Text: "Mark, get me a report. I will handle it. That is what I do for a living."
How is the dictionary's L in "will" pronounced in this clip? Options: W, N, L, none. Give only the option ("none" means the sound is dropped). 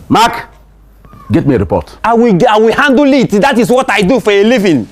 W